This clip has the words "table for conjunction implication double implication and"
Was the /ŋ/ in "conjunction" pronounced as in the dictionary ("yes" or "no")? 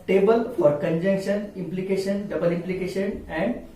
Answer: yes